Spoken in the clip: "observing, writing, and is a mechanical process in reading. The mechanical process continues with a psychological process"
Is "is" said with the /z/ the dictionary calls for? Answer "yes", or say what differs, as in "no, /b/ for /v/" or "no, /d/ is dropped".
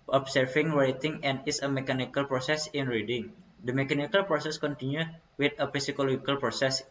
no, /s/ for /z/